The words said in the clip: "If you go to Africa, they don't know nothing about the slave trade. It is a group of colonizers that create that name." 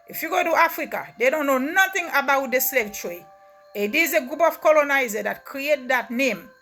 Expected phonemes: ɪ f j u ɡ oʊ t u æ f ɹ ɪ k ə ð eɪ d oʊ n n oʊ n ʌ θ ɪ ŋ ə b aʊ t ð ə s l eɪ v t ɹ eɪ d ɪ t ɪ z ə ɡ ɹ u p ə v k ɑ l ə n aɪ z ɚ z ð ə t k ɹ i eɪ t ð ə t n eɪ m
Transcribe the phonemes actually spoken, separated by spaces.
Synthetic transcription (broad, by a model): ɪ f j u ɡ oʊ t u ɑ f ɹ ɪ k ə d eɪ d oʊ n n oʊ n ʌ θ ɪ ŋ ə b aʊ t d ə s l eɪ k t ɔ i ɪ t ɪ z ə ɡ ɹ u p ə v k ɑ l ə n aɪ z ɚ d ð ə t k ɹ i eɪ t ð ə t n eɪ m